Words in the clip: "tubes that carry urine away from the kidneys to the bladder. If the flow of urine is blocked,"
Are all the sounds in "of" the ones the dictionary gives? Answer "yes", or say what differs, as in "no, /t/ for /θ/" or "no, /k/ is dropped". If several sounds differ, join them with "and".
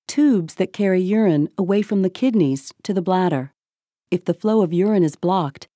yes